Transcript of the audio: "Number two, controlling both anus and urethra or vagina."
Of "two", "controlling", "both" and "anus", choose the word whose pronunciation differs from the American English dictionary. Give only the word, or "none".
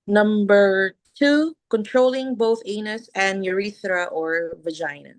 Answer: none